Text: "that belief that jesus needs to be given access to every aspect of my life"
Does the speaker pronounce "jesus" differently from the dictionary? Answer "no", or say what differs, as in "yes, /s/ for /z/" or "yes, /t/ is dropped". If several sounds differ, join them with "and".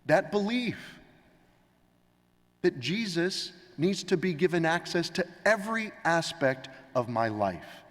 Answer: no